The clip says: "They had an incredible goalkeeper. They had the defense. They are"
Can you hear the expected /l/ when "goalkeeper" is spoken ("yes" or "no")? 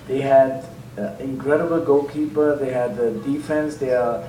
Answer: no